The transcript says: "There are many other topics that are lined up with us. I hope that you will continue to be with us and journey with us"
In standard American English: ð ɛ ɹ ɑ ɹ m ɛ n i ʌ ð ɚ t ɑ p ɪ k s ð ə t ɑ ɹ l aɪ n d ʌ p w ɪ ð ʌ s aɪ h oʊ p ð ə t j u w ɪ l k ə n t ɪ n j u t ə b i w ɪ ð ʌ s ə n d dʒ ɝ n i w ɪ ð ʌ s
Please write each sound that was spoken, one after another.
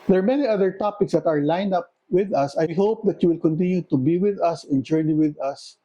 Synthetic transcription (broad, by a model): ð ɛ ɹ ɑ ɹ m ɛ n i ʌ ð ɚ t ɑ p ɪ k s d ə t ɑ ɹ l aɪ n ʌ p w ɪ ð ʌ s aɪ h oʊ p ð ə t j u w ɪ l k ə n t ɪ n j u t ə b i w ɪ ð ʌ s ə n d dʒ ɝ n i w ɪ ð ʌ s